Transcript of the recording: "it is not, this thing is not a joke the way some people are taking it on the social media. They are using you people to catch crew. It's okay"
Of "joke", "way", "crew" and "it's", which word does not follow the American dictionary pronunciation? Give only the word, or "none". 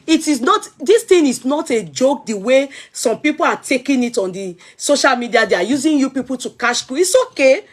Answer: crew